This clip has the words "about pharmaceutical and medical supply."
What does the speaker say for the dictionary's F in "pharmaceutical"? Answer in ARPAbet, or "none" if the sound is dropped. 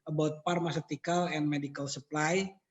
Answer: P